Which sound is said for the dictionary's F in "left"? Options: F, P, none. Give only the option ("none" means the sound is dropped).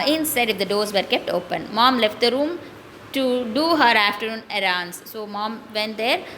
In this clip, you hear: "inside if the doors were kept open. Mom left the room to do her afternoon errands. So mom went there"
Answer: F